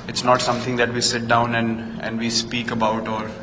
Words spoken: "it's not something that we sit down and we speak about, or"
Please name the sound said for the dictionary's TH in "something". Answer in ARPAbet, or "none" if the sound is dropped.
T